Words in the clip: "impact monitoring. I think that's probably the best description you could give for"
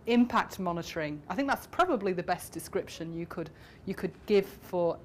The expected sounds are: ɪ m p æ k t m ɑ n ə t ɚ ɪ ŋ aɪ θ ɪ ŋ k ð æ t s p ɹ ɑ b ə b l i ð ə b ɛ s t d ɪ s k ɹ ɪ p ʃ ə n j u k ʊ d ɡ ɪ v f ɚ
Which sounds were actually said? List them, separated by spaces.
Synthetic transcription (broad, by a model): ɪ m p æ k t m ɑ n ə t ɚ ɪ ŋ aɪ θ ɪ ŋ k ð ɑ t s p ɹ ɑ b ə b l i ð ə b ɛ s d ɪ s k ɹ ɪ p ʃ ə n j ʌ k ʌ d ɡ ɪ v f ɚ